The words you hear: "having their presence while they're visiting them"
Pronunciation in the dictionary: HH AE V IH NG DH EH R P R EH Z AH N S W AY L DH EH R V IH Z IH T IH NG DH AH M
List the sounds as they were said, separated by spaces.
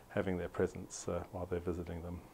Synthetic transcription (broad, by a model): HH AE V IH NG DH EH R P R EH Z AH N S W AY L DH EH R V IH Z IH T IH NG DH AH M